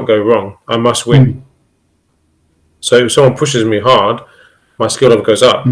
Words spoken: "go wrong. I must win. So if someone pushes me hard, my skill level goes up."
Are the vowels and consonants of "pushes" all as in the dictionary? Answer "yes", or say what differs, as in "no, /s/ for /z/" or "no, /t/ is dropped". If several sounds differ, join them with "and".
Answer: yes